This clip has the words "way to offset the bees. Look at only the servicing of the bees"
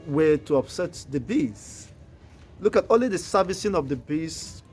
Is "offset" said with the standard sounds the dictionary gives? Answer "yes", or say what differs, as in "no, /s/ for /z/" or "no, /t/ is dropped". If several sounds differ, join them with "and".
no, /p/ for /f/